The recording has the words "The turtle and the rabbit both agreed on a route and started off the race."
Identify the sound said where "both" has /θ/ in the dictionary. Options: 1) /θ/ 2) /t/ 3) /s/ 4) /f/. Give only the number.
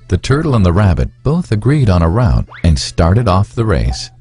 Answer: 1